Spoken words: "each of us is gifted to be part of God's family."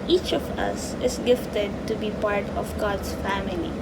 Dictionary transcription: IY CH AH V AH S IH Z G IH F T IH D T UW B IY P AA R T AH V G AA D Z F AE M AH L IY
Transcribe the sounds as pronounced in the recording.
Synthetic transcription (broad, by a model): IY CH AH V AH S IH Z G IH F T IH D T UW B IY P AA R T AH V G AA D S F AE M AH L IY